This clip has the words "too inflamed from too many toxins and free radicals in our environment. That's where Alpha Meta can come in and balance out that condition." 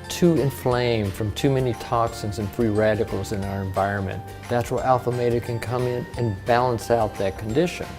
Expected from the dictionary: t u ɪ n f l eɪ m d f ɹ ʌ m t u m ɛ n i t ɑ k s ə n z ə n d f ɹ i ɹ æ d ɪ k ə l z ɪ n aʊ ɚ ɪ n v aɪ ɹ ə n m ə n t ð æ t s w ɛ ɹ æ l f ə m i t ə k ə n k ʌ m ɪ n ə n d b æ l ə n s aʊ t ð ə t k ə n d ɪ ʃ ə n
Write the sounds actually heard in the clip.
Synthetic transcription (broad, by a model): t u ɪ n f l eɪ m f ɹ ʌ m t u m ɛ n i t ɑ k s ə n z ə n f ɹ i ɹ æ d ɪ k l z ɪ n aʊ ɚ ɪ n v aɪ ɹ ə n m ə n ð æ t s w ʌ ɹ æ l f ə m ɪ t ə k ə n k ʌ m ɪ n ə n b æ l ə n s aʊ t ð ə t k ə n d ɪ ʃ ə n